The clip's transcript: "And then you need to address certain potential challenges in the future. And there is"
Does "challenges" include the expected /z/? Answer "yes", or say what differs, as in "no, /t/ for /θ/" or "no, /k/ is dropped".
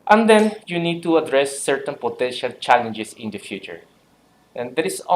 no, /s/ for /z/